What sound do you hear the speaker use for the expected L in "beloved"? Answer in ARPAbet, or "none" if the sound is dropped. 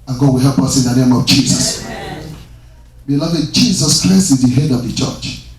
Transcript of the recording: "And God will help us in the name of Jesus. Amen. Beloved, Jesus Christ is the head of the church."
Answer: L